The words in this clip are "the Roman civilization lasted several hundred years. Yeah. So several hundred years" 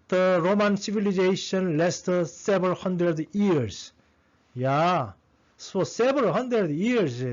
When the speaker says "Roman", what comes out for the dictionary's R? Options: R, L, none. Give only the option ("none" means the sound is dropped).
R